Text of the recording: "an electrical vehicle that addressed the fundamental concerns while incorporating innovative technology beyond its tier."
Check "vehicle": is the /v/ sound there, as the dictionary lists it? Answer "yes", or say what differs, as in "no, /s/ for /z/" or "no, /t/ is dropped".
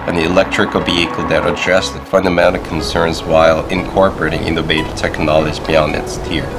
no, /b/ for /v/